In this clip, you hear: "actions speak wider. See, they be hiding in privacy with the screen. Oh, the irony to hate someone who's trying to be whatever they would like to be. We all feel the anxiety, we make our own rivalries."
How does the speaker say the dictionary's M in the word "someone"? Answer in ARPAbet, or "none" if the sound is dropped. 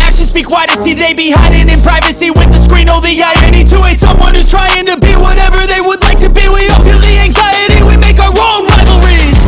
M